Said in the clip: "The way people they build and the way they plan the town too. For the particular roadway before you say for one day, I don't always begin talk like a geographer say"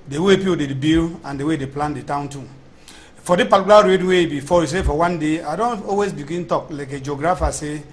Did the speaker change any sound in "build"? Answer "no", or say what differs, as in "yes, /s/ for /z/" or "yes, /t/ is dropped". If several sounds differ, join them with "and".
yes, /d/ is dropped